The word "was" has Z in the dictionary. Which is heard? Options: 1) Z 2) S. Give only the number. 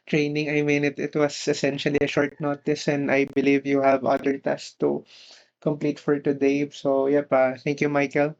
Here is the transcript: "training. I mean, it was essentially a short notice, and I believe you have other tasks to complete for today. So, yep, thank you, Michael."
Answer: 2